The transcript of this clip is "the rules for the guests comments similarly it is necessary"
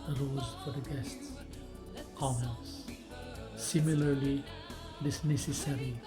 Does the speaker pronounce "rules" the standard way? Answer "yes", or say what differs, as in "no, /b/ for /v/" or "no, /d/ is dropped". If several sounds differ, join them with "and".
no, /l/ is dropped